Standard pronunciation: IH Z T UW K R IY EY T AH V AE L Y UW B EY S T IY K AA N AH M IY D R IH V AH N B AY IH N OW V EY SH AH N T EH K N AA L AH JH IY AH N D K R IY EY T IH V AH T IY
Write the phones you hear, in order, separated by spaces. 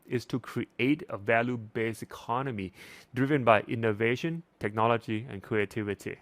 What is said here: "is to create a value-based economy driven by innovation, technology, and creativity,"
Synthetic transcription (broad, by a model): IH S T UW K R IY EY T AH V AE L Y UW B EY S IY K AA N AH M IY D R IH V AH N B AY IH N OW V EY SH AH N T EH K N AA L AH JH IY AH N K R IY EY T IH V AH T IY